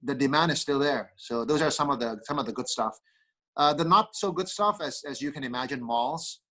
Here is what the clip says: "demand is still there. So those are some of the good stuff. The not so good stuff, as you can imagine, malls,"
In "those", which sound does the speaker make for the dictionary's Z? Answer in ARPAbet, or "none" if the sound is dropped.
Z